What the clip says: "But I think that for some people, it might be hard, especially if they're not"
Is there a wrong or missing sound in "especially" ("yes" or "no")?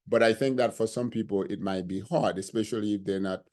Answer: no